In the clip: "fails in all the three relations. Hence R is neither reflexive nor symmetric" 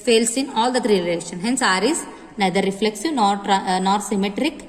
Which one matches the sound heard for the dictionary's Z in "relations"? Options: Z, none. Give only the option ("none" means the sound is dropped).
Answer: none